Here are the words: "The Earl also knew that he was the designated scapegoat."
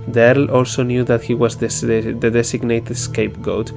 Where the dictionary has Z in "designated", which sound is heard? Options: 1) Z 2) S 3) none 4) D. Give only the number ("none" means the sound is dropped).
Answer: 2